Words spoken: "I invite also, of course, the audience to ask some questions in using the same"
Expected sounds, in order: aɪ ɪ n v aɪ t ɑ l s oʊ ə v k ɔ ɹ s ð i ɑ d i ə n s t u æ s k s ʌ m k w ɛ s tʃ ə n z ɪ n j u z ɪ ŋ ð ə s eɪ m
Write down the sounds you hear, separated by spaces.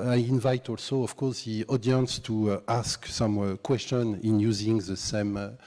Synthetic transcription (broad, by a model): aɪ ɪ n v aɪ t ɑ l s oʊ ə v k ɔ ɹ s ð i ɑ d i ə n s t u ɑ s k s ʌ m k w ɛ s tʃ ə n ɪ n j u z ɪ ŋ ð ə s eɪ m